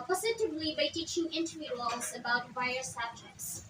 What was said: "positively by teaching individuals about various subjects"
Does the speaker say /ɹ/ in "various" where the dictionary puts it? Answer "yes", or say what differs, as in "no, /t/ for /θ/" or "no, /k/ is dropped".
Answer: no, /ɹ/ is dropped